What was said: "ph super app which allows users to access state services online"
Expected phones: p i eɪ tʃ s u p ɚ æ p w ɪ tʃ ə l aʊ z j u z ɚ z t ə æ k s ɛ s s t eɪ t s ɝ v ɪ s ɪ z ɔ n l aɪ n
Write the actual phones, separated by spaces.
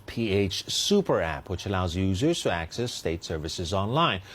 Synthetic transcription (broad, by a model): p i eɪ tʃ s u p ɚ æ p w ɪ tʃ ə l aʊ z j u z ɚ z t ə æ k s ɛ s s t eɪ t s ɝ v ɪ s ɪ z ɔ n l aɪ n